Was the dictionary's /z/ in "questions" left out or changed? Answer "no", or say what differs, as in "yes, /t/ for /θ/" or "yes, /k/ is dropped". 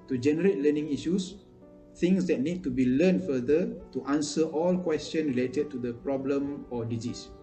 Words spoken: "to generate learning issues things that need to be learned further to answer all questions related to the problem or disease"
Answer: yes, /z/ is dropped